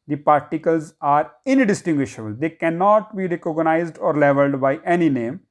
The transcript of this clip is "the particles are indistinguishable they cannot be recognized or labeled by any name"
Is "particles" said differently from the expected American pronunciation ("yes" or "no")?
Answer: no